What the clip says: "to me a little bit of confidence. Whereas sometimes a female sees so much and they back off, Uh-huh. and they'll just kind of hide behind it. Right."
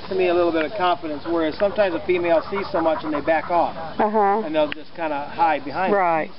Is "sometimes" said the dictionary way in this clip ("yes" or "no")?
yes